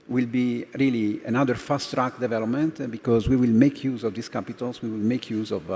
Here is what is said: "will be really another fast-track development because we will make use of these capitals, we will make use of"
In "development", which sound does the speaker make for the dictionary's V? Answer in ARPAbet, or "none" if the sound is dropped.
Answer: V